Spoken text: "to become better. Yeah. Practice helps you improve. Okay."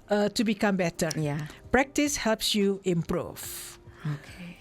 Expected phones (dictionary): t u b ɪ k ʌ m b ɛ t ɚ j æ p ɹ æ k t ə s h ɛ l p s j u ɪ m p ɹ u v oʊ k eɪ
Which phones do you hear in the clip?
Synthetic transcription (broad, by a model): t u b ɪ k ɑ m b ɛ t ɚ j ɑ p ɹ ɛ k t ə s h ɛ l p s j u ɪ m p ɹ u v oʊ k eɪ